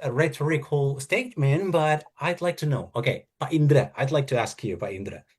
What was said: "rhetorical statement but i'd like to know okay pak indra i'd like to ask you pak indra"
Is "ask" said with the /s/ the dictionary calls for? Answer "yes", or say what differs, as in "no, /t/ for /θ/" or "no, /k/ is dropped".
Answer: yes